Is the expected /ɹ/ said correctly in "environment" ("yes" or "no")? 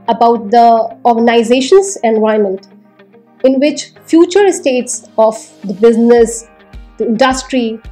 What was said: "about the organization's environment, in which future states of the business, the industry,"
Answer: no